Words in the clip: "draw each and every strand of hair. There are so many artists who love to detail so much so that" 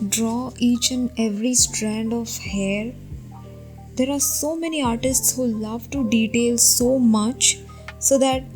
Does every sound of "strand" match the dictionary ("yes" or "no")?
yes